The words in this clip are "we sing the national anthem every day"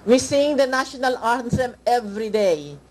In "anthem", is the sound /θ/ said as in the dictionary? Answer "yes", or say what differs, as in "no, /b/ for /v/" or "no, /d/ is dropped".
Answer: no, /s/ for /θ/